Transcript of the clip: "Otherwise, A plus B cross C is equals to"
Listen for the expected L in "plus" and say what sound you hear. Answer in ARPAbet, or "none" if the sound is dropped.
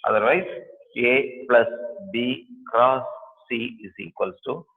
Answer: L